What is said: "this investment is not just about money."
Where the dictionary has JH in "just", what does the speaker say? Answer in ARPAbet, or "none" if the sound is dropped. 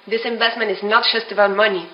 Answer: ZH